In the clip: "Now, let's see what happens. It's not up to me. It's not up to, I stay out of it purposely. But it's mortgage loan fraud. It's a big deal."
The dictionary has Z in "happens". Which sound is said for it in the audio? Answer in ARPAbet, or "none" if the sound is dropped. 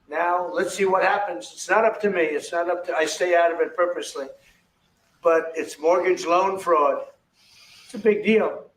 Z